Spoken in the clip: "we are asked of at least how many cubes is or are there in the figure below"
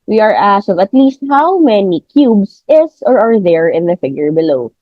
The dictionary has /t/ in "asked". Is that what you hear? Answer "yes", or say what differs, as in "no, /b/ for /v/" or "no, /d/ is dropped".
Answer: no, /t/ is dropped